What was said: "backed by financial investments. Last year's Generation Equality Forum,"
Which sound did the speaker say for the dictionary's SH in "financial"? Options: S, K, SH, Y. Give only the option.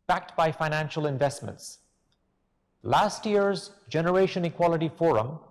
SH